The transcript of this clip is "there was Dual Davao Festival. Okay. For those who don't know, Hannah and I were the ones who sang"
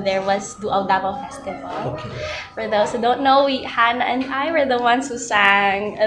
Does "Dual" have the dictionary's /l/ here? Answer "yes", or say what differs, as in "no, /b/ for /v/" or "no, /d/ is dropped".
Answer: no, /w/ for /l/